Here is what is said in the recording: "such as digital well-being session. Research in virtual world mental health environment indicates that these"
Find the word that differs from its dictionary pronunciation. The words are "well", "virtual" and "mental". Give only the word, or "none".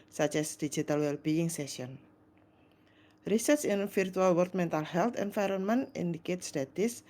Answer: virtual